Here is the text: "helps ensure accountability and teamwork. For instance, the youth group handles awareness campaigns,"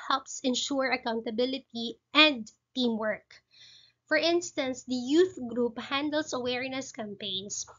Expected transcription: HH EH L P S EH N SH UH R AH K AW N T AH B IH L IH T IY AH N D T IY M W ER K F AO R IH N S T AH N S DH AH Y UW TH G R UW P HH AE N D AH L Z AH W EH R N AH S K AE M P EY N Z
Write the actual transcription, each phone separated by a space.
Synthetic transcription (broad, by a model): HH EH L P S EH N SH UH R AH K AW N T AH B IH L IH T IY AH N D T IY M W ER K F AO R IH N S T AH N S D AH Y UW TH G R UW P HH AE N D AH L S AH W EH R N AH S K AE M P EY N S